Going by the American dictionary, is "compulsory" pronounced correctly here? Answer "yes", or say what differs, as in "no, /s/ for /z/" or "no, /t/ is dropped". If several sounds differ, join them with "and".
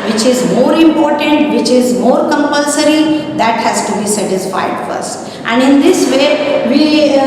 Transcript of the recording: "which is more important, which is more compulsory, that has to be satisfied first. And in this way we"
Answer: yes